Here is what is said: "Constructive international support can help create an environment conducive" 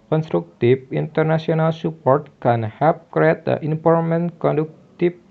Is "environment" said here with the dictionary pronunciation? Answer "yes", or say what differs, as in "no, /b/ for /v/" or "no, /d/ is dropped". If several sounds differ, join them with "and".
no, /p/ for /v/